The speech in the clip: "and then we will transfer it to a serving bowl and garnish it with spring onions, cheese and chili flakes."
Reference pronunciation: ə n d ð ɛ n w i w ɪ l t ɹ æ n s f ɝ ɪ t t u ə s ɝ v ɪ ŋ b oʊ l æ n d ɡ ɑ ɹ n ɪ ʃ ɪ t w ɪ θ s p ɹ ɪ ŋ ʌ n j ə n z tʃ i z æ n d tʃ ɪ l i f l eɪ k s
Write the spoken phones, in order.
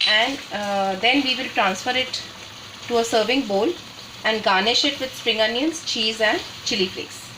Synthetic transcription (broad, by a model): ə n d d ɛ n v i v ɪ l t ɹ æ n s f ɝ ɪ t t u ə s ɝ v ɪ ŋ b oʊ l æ n d ɡ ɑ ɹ n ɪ ʃ ɪ t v ɪ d s p ɹ ɪ ŋ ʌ n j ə n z tʃ i z æ n d tʃ ɪ l i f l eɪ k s